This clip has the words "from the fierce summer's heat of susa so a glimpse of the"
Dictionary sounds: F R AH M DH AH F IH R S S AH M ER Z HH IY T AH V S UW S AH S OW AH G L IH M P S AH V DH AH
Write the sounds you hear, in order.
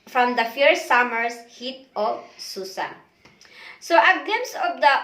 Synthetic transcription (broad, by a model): F R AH M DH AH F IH R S S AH M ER S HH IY T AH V S UW S AH S OW AH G IH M S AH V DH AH